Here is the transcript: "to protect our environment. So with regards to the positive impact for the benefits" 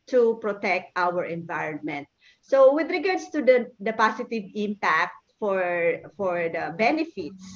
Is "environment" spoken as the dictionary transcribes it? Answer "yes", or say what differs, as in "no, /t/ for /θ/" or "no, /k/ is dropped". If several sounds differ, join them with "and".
yes